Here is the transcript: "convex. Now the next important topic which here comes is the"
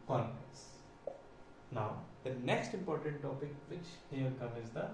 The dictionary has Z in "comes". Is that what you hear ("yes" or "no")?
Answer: no